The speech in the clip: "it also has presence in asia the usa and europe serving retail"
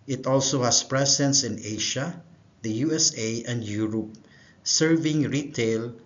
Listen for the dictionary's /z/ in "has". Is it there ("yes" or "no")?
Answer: no